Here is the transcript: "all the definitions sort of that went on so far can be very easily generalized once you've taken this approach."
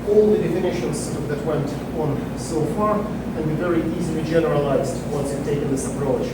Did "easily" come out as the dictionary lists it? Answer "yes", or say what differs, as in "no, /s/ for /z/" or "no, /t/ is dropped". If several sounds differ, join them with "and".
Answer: yes